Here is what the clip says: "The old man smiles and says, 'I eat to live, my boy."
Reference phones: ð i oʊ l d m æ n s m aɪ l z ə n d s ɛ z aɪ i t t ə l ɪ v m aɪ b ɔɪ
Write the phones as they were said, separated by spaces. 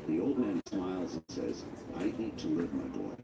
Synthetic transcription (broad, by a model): ð i oʊ l d m æ n s m aɪ l z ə n s ɛ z aɪ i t t ə l ɪ v m aɪ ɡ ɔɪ